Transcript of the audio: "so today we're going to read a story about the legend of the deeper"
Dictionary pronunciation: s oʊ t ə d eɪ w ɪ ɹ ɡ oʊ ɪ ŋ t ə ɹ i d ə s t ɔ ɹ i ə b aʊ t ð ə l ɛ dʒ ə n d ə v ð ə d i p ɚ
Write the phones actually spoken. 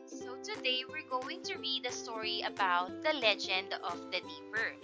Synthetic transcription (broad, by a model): s oʊ t ə d eɪ w ɪ ɹ ɡ oʊ ɪ ŋ t ə ɹ i d ə s t ɔ ɹ i ə b aʊ t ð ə l ɛ dʒ ə n d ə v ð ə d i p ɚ